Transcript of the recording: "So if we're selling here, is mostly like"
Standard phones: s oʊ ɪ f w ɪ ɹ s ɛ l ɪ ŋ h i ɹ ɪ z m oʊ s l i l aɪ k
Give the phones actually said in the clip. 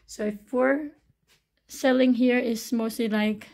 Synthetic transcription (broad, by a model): s oʊ ɪ f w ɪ ɹ s ɛ l ɪ ŋ h i ɹ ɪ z m oʊ s l i l aɪ k